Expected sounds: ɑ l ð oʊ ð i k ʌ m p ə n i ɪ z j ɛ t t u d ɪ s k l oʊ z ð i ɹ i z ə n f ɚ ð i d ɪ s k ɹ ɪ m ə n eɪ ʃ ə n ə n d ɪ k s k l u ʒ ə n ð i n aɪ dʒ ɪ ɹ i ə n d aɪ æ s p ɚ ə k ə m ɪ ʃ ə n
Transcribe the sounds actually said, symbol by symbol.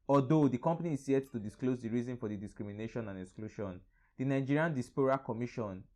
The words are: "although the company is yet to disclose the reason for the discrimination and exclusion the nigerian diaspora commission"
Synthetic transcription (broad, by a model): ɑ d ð oʊ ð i k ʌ m p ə n i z j ɛ t t u d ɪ s k l oʊ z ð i ɹ i z ə n f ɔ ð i d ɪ s k ɹ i m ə n eɪ ʃ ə n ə n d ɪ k s k l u ʃ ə n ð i n aɪ dʒ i ɹ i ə n d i s p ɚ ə k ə m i ʃ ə n